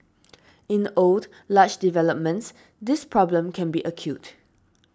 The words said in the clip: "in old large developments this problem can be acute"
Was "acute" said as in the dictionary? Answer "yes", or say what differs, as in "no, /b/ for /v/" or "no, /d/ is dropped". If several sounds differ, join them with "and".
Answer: yes